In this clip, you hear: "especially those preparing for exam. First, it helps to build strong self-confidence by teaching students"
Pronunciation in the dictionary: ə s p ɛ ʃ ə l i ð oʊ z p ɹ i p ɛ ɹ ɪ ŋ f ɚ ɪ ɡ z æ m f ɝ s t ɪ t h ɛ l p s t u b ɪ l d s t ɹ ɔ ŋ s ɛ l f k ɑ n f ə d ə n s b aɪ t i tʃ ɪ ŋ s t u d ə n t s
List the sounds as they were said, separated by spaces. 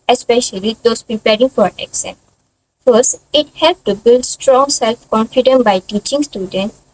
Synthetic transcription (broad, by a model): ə s p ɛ ʃ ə l i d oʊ s p ɹ i p ɛ ɹ ɪ ŋ f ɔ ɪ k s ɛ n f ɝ s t ɪ t h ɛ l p t u b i l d s t ɹ ɔ ŋ s ɛ l f k ɑ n f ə d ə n b aɪ t i tʃ ɪ ŋ s t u d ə n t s